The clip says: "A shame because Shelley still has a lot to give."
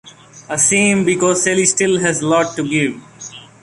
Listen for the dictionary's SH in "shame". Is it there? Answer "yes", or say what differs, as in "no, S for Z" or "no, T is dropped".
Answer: no, S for SH